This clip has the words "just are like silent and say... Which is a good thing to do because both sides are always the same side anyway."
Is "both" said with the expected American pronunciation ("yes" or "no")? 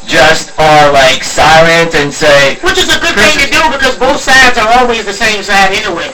yes